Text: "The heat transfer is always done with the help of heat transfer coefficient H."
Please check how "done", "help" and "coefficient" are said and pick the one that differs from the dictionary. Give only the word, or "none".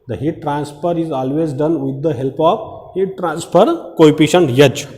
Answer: coefficient